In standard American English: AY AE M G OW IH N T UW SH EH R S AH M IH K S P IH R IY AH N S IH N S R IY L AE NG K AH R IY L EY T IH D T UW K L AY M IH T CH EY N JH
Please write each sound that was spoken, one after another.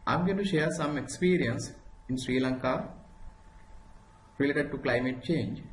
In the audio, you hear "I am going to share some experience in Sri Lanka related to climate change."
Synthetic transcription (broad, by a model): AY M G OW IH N T UW SH EH R S AH M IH K S P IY R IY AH N S IH N S R IY L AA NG K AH R IY L EY T IH D T UW K L AY M IH T CH EY N JH